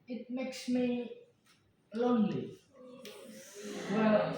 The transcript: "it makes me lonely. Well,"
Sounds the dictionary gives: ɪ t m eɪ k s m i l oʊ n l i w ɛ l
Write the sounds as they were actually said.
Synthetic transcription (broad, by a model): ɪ t m eɪ k s m i l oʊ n l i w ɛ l